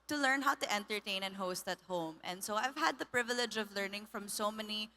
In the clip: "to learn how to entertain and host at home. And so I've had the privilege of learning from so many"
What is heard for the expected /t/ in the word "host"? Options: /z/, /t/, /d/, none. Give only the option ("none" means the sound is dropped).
/t/